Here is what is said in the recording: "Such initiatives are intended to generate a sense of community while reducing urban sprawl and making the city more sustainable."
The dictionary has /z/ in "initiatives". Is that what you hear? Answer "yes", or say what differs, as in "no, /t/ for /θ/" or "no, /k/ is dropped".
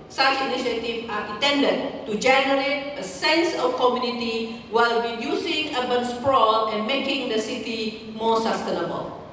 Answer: no, /z/ is dropped